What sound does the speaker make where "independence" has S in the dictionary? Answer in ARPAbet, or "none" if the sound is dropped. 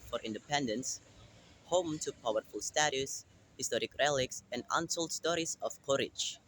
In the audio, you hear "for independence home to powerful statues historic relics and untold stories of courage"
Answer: S